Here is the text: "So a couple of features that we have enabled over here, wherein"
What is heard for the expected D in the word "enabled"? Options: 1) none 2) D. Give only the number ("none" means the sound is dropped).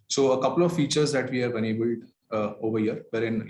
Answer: 2